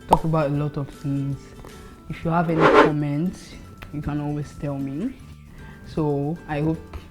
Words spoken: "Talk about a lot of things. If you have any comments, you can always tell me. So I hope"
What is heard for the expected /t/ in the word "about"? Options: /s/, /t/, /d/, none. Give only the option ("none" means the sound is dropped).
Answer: /t/